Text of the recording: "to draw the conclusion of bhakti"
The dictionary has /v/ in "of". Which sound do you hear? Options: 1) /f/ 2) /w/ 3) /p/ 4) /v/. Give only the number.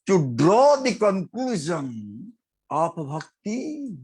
3